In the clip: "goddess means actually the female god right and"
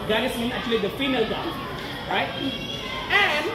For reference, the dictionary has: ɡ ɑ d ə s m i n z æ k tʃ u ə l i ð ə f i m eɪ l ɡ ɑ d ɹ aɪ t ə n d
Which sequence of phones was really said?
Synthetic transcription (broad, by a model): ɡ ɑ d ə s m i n æ k tʃ u ə l i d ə f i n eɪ l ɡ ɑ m ɹ aɪ t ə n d